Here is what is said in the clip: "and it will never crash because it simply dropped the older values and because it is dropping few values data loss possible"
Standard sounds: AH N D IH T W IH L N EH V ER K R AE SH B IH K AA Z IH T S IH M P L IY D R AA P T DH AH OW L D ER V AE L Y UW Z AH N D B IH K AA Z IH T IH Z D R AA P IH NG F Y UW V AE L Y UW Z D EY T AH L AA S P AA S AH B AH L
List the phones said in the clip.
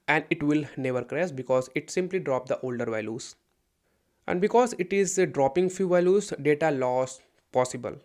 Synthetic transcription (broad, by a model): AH N D IH T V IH L N EH V ER K R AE S B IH K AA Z IH T S IH M P L IY D R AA P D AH OW L D ER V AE L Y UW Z AH N D B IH K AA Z IH T IH Z D R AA P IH NG F Y UW V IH L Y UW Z D EY T AH L AA S P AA S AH B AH L